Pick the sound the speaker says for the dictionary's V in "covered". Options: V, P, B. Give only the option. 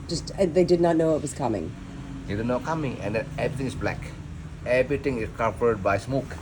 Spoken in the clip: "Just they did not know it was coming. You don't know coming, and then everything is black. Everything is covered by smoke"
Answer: P